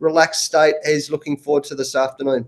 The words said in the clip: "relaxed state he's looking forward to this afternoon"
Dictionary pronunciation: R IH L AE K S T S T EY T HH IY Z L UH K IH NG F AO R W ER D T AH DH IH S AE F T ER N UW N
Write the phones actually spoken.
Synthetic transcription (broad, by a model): R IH L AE K S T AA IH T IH Z L UH K IH NG F AO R W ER D T AH DH IH S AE F T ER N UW N